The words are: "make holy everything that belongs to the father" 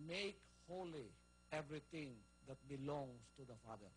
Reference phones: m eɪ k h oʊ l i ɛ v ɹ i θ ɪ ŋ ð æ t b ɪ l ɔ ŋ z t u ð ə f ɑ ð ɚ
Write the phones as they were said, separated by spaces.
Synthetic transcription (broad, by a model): m eɪ k h oʊ l i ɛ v ɹ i t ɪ ŋ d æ t b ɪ l ɔ ŋ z t u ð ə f ɑ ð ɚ